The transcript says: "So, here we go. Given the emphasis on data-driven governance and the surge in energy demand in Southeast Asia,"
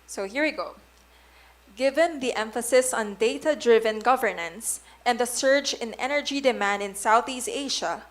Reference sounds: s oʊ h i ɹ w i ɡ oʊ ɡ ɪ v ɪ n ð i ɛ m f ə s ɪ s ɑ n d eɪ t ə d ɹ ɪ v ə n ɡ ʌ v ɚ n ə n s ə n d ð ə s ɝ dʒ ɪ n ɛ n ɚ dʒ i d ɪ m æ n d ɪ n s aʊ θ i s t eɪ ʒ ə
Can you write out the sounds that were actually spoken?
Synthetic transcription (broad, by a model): s oʊ h i ɹ w i ɡ oʊ ɡ ɪ v ɪ n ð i ɛ m f ə s ɪ s ɑ n d eɪ t ə d ɹ ɪ v ə n ɡ ʌ v ɚ n ə n s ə n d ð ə s ɝ dʒ ɪ n ɛ n ɚ dʒ i d ɪ m æ n d ɪ n s aʊ θ i s t eɪ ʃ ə